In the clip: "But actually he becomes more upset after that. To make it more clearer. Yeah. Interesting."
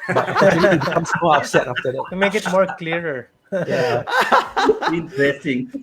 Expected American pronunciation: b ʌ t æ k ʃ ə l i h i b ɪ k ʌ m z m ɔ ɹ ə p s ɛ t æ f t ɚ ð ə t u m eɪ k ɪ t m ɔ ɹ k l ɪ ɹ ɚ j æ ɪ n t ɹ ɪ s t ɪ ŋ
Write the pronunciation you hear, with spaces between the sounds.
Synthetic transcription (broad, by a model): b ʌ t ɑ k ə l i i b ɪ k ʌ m s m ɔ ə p s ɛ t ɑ f t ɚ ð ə t u m eɪ k ɪ t m ɔ ɹ k l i ɹ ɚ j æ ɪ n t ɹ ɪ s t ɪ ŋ